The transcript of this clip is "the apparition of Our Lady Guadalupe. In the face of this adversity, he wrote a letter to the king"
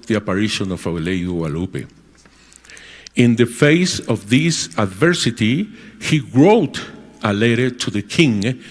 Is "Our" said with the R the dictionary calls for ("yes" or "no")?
no